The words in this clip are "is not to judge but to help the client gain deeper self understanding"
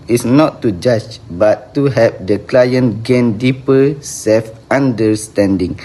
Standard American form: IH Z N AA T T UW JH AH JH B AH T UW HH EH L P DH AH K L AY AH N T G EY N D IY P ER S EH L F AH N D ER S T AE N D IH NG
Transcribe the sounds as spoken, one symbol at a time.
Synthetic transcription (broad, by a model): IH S N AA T T UW JH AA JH B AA T UW HH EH P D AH K L AY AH N G EY N D IY P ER S EH L F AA N D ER S T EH N D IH NG